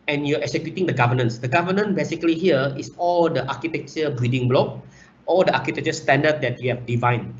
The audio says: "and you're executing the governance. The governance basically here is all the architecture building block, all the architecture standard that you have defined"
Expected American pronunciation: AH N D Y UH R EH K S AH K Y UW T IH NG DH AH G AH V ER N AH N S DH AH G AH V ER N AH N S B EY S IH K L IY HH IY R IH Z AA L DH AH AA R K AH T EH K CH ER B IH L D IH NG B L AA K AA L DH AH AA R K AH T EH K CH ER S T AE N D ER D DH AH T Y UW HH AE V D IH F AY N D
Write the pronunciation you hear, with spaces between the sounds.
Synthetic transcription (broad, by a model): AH N Y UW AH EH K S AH K Y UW T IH NG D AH G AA V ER N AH N S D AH G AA V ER N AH N B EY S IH K L IY HH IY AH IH S AA L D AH AA K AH T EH K CH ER B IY D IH NG B L AA K AA L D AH AA K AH T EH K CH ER S T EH N D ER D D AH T Y UW HH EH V D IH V AY N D